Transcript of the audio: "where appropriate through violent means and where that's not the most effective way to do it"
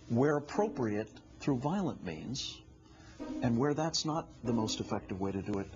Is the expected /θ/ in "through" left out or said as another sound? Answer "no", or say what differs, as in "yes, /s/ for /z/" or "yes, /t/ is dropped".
no